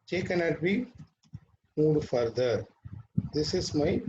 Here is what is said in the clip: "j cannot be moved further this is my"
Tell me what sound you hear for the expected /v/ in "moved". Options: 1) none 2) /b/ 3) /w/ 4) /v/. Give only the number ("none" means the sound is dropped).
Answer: 1